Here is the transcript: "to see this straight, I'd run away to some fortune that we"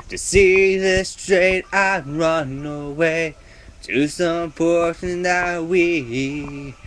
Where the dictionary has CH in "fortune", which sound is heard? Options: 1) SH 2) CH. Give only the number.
1